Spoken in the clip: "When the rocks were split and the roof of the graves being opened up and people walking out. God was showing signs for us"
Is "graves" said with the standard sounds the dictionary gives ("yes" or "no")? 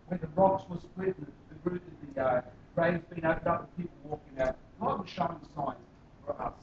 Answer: no